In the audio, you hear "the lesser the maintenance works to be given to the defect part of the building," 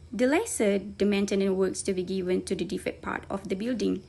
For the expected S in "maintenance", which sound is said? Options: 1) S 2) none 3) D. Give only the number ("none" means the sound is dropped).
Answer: 2